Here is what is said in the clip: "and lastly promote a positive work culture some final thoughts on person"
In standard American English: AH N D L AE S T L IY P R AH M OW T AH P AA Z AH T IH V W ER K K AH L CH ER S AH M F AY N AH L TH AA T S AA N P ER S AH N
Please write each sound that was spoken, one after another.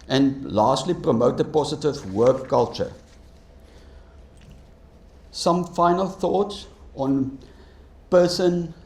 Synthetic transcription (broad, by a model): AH N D L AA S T L IY P R AH M OW T AH P AA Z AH T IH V W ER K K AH L CH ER S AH M F AY N AH L TH AA T S AA N P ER S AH N